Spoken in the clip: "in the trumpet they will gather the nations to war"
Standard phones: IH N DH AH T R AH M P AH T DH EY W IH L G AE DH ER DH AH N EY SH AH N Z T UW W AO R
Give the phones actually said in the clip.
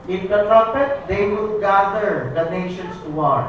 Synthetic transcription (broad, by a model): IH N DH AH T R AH P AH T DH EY W IH L G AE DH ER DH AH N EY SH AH N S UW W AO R